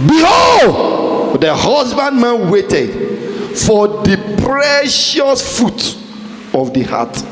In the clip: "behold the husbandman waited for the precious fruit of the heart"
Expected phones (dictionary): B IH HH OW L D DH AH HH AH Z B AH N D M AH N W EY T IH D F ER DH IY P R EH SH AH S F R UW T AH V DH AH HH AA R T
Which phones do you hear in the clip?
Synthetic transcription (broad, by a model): B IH HH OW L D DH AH HH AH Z B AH N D M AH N W EY T IH D F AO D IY P R EH SH AH S F UW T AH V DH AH HH AA T